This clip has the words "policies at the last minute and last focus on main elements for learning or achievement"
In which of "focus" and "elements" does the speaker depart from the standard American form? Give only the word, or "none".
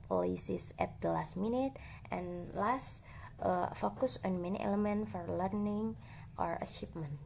elements